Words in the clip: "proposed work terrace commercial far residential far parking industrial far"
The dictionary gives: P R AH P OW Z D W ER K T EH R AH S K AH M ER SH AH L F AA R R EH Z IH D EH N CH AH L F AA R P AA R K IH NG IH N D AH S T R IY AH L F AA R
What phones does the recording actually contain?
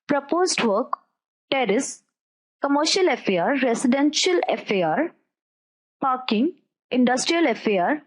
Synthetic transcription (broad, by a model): P R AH P OW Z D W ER K T EH R AH S K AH M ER SH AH L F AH R R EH S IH D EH N SH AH L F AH R P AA R K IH NG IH N D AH S T R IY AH L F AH R